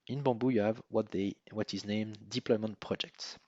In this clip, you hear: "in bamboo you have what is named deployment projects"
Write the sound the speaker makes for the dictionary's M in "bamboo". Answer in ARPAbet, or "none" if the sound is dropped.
none